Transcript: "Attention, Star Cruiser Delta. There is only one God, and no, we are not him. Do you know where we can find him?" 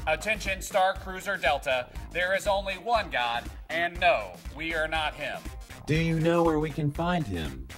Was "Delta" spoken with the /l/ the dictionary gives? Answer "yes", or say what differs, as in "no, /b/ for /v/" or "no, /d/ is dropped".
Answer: yes